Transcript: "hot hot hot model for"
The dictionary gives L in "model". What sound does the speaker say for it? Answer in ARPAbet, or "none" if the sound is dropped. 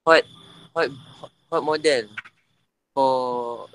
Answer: N